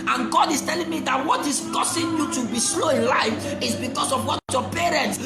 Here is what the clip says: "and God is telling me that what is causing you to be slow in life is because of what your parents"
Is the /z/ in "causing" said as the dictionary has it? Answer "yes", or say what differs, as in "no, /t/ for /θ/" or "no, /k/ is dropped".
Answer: no, /s/ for /z/